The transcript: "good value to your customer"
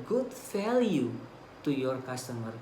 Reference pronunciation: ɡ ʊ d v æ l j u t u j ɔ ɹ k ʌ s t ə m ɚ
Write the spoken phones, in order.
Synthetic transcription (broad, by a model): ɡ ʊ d f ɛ l j u t u j ɔ ɹ k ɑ s t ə m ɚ